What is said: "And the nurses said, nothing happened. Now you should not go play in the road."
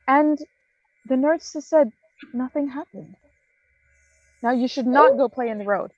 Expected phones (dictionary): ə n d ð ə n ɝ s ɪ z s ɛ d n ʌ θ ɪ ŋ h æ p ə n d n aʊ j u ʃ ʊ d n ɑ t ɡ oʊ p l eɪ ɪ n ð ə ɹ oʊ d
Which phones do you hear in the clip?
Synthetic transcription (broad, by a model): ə n ð ə n ɝ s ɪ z s ɛ d n ʌ θ ɪ ŋ h æ p ə n d n aʊ j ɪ ʃ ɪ d n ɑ t ɡ oʊ p l eɪ ɪ n ð ə ɹ oʊ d